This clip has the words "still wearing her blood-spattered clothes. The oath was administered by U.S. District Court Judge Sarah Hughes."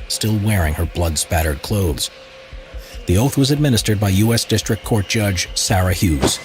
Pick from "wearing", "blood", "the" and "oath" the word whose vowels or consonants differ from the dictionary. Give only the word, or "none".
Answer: none